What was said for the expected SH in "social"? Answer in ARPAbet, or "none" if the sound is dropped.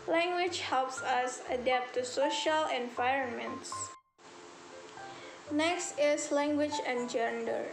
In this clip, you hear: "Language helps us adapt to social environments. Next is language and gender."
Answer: SH